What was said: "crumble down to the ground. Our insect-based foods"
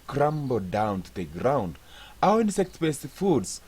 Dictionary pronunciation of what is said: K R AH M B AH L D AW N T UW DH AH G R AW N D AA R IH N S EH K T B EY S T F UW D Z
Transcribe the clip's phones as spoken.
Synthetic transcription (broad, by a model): K R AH M B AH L D AW N T UW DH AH G R AW N D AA IH N S EH K T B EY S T F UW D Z